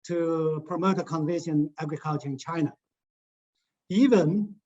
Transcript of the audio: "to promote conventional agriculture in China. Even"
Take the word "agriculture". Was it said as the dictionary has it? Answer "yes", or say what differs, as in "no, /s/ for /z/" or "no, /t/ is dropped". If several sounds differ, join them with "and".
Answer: yes